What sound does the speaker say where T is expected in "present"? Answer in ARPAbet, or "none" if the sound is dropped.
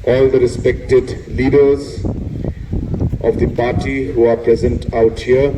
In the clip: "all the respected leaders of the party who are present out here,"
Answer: T